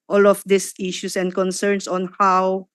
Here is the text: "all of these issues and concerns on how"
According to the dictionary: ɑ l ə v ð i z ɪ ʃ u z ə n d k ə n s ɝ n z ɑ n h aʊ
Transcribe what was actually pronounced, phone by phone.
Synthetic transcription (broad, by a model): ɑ l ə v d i s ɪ ʃ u s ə n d k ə n s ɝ n s ɑ n h aʊ